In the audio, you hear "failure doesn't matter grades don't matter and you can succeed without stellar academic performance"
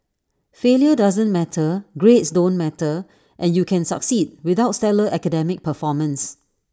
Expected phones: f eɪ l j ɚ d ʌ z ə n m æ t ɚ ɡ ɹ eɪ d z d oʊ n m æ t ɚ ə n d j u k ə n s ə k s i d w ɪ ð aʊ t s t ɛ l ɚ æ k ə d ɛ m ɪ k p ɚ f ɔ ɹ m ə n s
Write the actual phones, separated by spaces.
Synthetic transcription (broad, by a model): f eɪ l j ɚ d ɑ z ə n m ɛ t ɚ ɡ ɹ eɪ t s d oʊ n m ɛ t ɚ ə n j u k ə n s ə k s i d w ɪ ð aʊ t s t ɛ l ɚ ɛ k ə d ɛ m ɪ k p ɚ f ɔ m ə n s